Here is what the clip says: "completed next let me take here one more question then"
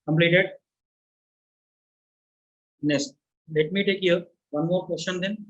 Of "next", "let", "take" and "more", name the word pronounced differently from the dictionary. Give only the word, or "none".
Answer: next